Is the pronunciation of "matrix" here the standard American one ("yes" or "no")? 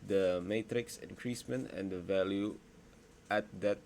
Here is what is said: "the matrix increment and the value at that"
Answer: yes